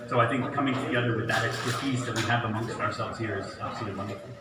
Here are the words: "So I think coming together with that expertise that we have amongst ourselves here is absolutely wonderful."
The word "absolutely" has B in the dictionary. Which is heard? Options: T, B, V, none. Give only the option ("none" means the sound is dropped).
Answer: none